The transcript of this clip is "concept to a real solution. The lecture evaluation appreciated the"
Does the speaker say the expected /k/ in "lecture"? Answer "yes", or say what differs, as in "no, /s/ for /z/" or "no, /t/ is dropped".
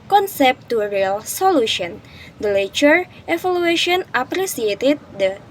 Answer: no, /k/ is dropped